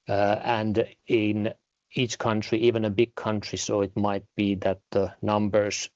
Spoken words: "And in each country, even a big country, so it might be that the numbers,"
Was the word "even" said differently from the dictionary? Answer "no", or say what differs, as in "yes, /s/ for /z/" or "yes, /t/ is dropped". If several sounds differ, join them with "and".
no